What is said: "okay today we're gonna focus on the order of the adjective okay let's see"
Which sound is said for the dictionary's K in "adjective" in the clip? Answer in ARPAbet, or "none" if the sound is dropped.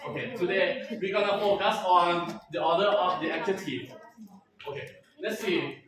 none